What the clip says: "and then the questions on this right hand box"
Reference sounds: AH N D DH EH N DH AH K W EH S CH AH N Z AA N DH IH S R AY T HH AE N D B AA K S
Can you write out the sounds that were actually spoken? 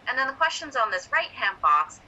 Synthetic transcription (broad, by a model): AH N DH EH N DH AH K W EH S CH AH N Z N DH IH S R AY T HH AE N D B AA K S